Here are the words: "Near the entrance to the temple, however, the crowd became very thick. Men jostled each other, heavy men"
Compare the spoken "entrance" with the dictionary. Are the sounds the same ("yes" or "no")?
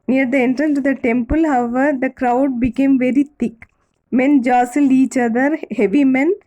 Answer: no